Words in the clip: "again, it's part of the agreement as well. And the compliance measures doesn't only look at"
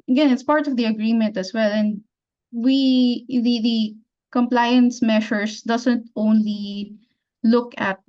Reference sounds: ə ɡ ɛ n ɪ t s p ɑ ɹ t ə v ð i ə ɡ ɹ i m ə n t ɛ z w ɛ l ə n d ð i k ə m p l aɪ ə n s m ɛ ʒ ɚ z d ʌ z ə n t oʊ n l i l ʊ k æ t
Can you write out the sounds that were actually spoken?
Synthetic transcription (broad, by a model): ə ɡ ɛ n ɪ t s p ɑ ɹ t ə v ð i ə ɡ ɹ i m ə n t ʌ s w ɛ l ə n d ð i k ə m p l aɪ ə n s m ɛ ʃ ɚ s d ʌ s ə n t oʊ n l i l ʊ k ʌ t